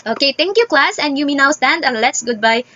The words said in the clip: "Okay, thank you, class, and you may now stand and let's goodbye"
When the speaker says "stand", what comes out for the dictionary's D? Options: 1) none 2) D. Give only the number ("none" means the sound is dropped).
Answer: 2